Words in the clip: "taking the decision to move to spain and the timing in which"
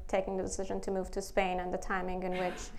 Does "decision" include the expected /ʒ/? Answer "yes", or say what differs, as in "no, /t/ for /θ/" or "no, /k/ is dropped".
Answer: yes